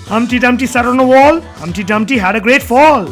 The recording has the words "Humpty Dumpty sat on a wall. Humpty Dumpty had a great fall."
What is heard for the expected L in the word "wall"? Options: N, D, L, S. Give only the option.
L